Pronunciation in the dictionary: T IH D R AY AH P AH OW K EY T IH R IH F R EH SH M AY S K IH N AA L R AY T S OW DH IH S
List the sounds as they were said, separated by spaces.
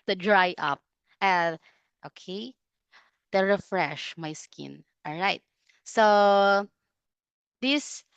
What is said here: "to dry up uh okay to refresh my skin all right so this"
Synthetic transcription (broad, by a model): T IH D R AY AH P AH OW K EY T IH R IH F R EH SH M AY S K IH N AA L R AY T S OW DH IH S